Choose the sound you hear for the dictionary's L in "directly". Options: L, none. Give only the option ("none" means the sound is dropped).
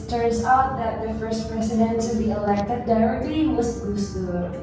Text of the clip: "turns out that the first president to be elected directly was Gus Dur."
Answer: none